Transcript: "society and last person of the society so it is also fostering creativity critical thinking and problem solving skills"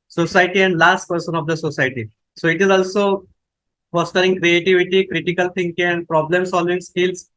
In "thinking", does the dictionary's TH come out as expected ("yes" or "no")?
no